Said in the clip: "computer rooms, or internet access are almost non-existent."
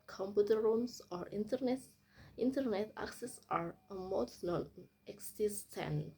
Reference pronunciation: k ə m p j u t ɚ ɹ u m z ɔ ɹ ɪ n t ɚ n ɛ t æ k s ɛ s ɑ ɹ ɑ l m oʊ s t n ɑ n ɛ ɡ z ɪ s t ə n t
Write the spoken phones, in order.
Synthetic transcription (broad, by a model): k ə m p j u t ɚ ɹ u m s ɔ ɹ ɪ n t ɚ n ɛ t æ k s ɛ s ɑ ɹ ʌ m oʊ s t n ɑ n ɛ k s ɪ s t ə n